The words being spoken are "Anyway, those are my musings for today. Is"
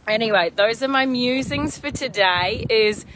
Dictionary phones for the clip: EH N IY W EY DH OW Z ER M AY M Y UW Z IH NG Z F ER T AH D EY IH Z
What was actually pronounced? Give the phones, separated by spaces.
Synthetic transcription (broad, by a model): EH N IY W EY DH OW Z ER M AY M Y UW Z IH NG Z F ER T AH D EY IH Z